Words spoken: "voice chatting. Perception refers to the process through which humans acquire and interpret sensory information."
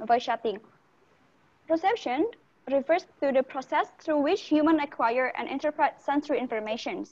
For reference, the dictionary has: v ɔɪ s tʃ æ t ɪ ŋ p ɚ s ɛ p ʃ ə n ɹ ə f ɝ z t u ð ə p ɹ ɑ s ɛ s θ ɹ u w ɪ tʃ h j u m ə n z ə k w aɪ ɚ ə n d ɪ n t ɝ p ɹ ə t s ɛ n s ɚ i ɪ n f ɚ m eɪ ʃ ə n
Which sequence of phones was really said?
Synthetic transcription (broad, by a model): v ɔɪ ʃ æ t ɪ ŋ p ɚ s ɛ p ʃ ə n ɹ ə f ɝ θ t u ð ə p ɹ ɑ s ɛ s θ ɹ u w ɪ tʃ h j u m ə n ə k w aɪ ɚ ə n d ɪ n t ɝ p ɹ ə t s ɛ n s ɚ i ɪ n f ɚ m eɪ ʃ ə n